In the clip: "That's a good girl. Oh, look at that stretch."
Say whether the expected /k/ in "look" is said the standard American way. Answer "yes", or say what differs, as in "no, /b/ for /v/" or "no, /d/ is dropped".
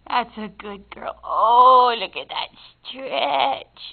yes